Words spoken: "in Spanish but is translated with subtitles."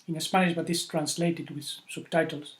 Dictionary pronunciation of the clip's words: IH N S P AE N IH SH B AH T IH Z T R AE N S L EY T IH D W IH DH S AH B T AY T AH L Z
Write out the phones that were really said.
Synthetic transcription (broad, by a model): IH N S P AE IH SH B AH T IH S T R AE N S L EY T IH D W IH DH S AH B T AY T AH L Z